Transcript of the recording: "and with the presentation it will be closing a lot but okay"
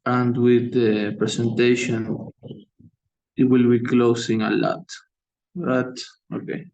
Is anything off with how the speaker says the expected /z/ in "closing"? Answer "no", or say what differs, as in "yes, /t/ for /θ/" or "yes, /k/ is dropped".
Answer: yes, /s/ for /z/